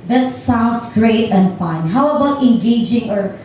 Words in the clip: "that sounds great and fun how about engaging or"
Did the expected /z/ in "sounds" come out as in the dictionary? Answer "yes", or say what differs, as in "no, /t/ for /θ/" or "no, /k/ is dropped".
no, /s/ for /z/